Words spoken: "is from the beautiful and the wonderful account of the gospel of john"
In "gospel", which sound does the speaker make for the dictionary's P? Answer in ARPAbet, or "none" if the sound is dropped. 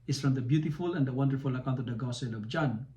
none